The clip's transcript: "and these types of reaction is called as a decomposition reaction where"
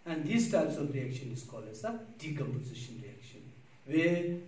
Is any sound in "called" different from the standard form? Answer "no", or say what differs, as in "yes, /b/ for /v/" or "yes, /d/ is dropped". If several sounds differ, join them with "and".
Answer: yes, /d/ is dropped